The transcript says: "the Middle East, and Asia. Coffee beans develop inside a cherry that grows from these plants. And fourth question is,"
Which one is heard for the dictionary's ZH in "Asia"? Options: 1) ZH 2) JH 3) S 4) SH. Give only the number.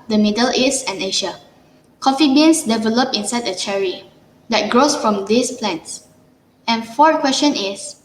4